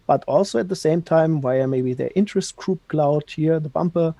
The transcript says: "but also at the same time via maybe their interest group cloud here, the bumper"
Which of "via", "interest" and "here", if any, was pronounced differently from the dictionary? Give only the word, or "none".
via